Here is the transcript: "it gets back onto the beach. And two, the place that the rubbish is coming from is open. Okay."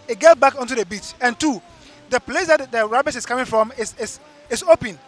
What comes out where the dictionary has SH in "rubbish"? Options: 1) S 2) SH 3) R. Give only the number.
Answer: 1